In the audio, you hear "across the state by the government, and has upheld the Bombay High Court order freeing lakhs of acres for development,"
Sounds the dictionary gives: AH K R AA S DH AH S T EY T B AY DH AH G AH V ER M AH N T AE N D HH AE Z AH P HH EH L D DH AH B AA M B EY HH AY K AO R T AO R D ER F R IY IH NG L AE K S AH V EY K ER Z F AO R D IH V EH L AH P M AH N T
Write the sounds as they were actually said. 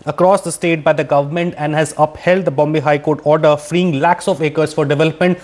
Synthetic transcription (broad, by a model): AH K R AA S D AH S T EY T B AY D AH G AH V ER M AH N T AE N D HH AE Z AH P HH EH L D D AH B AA M B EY HH AY K AO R T AO R D ER F R IY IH NG L AE K S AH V EY K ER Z F AO R D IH V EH L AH P M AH N T